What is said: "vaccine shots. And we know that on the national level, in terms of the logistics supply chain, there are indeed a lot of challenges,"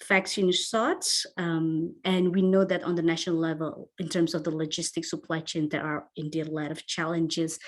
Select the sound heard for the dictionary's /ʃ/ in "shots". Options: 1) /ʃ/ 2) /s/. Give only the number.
2